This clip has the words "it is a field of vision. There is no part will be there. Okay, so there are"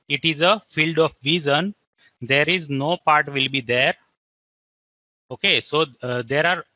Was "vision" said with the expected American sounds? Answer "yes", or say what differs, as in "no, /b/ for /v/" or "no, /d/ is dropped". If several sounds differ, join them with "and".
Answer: no, /z/ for /ʒ/